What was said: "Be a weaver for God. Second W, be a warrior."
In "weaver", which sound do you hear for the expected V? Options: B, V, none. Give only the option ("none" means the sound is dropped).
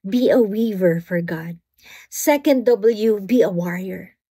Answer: V